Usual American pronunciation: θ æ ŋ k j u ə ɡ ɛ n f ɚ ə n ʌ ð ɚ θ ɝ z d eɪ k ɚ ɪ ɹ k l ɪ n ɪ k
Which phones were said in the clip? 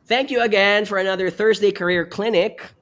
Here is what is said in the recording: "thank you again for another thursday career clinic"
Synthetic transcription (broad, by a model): θ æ ŋ k j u ə ɡ ɛ n f ɚ ə n ʌ ð ɚ θ ɝ z d eɪ k ɚ ɪ ɹ k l ɪ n ɪ k